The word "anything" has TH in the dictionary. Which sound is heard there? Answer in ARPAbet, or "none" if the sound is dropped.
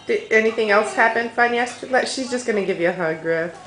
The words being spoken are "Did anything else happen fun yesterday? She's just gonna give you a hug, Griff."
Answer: TH